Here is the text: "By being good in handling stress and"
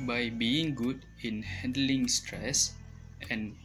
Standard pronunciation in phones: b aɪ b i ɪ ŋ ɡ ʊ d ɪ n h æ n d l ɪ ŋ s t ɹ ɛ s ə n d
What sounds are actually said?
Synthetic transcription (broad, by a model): b aɪ b i ɪ ŋ ɡ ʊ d ɪ n h æ n d l ɪ ŋ s t ɹ ɛ s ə n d